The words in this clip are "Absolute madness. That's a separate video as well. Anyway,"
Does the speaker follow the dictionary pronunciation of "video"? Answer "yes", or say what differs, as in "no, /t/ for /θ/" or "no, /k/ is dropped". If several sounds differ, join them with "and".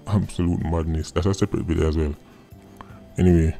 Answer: no, /b/ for /v/